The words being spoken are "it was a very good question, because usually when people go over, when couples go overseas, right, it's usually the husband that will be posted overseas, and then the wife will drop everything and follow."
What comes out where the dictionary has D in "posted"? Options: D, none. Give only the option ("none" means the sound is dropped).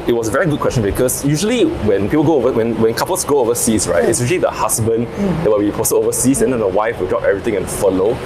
none